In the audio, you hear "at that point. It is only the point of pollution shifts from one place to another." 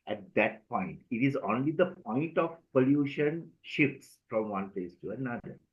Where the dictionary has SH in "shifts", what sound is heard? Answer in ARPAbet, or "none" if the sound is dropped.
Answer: SH